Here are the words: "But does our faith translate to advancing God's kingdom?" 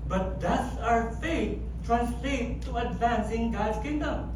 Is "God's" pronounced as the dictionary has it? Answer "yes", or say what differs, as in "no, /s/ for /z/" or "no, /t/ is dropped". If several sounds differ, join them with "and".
no, /z/ is dropped